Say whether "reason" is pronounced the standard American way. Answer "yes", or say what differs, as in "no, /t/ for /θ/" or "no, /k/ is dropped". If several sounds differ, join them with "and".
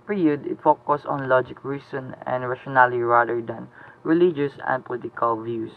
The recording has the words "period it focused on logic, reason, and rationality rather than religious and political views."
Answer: no, /s/ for /z/